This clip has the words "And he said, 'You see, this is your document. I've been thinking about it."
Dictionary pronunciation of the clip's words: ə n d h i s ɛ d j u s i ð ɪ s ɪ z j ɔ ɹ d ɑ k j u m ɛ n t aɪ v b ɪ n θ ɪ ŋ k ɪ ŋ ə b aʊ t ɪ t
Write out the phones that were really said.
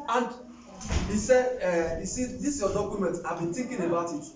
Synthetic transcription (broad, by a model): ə n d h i s ɛ d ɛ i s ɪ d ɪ s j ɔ d ɑ k j u m ɛ n t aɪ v b ɪ n t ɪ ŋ k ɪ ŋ ə b aʊ t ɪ t